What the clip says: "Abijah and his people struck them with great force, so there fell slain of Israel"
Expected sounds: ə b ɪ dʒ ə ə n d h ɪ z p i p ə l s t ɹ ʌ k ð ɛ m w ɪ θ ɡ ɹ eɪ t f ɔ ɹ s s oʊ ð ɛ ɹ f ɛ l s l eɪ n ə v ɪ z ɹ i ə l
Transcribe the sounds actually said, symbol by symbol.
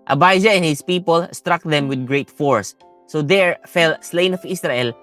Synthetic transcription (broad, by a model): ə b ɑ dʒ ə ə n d h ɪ s p i p ə l s t ɹ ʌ k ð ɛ m w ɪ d ɡ ɹ eɪ t f ɔ ɹ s s oʊ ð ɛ ɹ f ɛ l s l eɪ n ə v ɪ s ɹ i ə l